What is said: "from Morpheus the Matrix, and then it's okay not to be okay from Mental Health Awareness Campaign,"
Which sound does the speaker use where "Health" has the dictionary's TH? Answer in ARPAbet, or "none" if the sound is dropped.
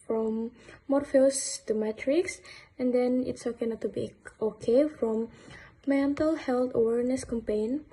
T